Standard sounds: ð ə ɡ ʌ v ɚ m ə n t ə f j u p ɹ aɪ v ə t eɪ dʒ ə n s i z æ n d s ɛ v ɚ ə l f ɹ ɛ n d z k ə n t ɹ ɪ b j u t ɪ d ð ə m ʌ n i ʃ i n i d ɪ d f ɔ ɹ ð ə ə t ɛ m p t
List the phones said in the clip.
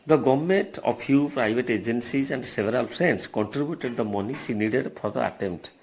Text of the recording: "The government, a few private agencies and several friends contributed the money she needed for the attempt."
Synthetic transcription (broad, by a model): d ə ɡ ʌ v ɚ m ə n t ə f j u p ɹ aɪ v ə t eɪ dʒ ə n s i z æ n d s ɛ v ɚ ə l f ɹ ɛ n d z k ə n t ɹ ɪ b j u t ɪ d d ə m ʌ n i s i n i d ɪ d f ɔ ɹ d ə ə t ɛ m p t